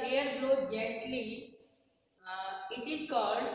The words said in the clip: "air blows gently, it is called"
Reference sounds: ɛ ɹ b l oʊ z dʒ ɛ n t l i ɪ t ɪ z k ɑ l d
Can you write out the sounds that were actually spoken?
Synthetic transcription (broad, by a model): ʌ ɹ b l oʊ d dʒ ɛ t l i ɪ t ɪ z k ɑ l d